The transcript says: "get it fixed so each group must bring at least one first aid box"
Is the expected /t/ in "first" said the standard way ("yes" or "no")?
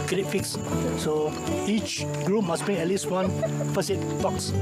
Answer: no